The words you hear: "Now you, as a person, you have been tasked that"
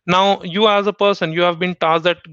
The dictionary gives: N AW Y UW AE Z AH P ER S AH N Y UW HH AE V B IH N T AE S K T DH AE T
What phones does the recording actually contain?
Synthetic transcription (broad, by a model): N AW Y UW AE Z AH P ER S AH N Y UW HH AE V B IH N T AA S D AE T